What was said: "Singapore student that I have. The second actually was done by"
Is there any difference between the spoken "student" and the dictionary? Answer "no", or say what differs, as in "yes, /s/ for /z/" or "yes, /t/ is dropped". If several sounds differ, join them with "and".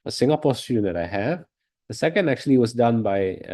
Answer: yes, /n/ is dropped